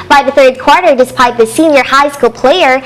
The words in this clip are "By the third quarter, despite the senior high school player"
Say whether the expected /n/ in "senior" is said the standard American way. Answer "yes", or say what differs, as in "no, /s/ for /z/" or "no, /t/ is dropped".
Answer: yes